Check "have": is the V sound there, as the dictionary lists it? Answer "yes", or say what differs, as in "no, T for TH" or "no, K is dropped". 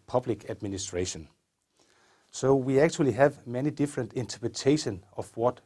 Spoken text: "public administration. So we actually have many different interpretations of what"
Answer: yes